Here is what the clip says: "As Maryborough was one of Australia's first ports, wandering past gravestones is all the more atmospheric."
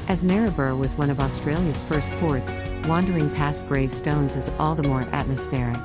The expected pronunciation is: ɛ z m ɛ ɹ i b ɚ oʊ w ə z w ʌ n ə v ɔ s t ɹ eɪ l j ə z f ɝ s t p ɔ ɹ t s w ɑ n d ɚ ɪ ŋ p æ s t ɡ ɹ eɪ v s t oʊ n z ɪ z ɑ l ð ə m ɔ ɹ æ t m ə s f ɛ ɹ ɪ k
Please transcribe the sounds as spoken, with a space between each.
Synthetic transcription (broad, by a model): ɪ z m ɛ ɹ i b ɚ w ə z w ʌ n ə v ɔ s t ɹ eɪ l j ə z f ɝ s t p ɔ ɹ t s w ɑ n d ɚ ɪ ŋ p æ s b ɹ eɪ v s t oʊ n z ɪ z ɑ l ð ə m ɔ ɹ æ t m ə s f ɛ ɹ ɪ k